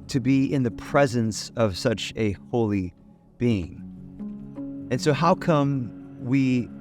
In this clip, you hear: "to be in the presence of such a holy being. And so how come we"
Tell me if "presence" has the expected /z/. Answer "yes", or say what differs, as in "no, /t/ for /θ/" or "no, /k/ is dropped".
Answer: yes